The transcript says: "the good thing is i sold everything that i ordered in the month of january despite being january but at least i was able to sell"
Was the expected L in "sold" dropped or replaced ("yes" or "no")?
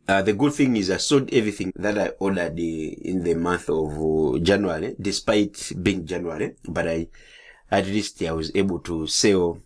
yes